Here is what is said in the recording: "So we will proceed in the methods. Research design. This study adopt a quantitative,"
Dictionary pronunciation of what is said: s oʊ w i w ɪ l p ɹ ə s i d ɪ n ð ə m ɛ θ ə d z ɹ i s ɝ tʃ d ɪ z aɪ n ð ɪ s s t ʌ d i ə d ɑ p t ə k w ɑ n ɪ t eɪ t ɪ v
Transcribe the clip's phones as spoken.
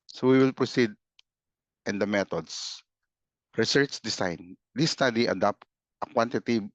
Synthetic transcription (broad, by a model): s oʊ w i w ɪ l p ɹ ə s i d ɪ n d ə m ɛ t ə d s ɹ i s ɝ tʃ d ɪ s aɪ n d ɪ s s t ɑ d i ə d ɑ p t ə k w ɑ n t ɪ t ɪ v